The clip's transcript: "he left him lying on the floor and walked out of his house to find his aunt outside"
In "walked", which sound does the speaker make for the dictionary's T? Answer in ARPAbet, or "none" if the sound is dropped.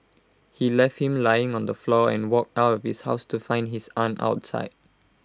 T